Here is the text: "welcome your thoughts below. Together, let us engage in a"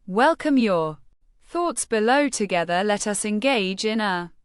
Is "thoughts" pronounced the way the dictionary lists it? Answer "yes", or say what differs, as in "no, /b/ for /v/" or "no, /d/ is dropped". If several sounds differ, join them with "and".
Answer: yes